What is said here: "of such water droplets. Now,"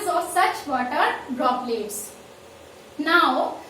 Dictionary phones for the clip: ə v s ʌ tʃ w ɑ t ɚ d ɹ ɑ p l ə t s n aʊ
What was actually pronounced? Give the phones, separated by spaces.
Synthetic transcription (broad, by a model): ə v s ʌ tʃ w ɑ t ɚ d ɹ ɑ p l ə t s n aʊ